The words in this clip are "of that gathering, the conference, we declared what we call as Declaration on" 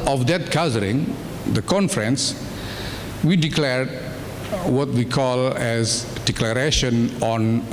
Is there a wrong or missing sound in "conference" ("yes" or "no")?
no